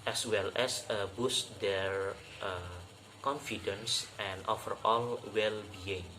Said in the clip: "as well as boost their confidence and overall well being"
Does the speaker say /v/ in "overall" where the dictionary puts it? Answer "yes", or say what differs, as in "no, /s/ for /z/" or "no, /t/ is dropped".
no, /f/ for /v/